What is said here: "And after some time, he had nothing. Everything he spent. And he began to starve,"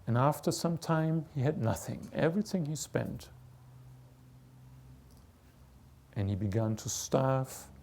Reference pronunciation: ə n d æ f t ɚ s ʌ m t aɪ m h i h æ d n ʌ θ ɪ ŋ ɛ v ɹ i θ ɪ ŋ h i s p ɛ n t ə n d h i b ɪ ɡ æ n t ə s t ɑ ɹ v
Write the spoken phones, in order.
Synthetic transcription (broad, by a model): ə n æ f t ɚ s ʌ m t aɪ m h i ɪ d n ʌ θ ɪ ŋ ɛ v ɹ i θ ɪ ŋ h i s p ɛ n t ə n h i b ɪ ɡ æ n t ə s t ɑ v